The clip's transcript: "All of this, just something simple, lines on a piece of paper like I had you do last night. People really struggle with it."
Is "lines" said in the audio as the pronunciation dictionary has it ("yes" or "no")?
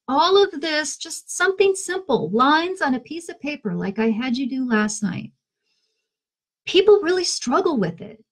yes